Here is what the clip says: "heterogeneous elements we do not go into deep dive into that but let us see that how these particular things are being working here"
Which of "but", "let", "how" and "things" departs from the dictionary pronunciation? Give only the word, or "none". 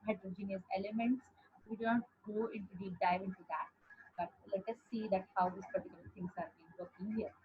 things